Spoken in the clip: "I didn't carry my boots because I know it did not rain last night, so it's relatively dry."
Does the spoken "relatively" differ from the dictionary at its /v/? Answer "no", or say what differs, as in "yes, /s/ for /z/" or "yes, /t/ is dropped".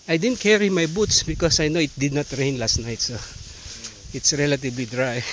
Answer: yes, /b/ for /v/